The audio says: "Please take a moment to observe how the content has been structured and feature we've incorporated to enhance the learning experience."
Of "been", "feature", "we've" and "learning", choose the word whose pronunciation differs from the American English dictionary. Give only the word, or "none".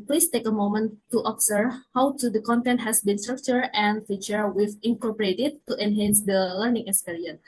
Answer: we've